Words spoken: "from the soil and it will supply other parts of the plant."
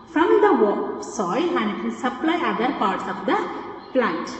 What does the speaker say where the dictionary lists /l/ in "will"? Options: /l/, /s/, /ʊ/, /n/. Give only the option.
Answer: /n/